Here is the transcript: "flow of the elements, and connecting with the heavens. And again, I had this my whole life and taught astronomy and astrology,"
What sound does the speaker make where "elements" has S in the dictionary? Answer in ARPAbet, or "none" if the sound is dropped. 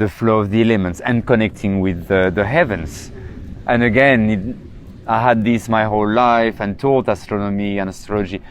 S